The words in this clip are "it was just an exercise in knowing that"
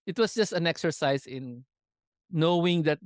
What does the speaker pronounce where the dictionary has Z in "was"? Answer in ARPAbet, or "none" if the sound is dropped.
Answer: S